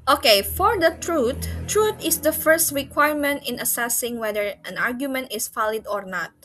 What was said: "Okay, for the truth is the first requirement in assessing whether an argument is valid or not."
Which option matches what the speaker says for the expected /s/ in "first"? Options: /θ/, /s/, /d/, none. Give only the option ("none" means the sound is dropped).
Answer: /s/